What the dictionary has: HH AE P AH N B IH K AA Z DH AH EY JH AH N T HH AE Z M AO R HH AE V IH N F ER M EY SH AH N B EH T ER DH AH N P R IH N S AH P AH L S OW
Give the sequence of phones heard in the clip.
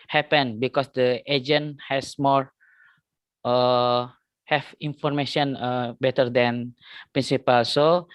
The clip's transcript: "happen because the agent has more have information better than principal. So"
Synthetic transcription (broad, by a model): HH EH P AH N B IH K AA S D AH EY JH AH N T HH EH S M AO R HH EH F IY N F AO M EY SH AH N B EH T ER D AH N P R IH N S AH P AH L S OW